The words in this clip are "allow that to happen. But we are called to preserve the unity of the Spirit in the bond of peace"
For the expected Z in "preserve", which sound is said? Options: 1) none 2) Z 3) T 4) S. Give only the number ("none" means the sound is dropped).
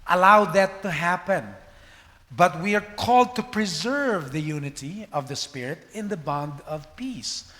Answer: 2